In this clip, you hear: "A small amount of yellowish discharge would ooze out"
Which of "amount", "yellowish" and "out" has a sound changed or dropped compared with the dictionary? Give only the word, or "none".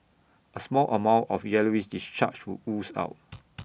yellowish